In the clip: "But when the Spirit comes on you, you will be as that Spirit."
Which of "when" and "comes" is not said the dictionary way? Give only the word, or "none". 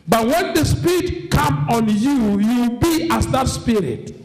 comes